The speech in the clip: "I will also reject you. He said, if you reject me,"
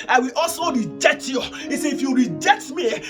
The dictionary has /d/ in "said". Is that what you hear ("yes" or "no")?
no